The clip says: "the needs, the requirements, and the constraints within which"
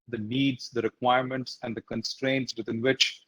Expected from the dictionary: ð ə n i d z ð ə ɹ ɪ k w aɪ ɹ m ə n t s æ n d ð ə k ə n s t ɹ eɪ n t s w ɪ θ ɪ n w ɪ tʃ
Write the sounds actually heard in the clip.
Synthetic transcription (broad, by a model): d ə n i d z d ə ɹ ɪ k w aɪ ɹ m ə n t s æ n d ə k ə n s t ɹ eɪ n t s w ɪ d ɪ n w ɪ tʃ